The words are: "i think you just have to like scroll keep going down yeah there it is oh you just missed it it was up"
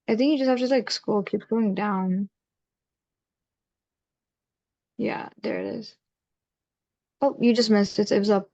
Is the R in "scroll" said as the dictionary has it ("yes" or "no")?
no